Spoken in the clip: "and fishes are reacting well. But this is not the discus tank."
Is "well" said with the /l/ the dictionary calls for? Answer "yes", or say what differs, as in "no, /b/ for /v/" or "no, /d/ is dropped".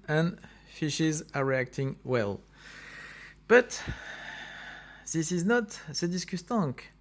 yes